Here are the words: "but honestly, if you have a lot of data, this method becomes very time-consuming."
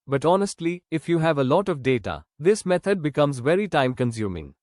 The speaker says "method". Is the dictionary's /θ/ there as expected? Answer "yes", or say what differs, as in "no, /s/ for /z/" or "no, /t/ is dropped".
no, /t/ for /θ/